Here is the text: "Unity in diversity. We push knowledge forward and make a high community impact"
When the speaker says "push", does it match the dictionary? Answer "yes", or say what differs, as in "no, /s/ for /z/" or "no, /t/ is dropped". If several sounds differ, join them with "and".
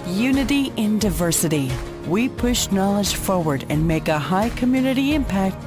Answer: yes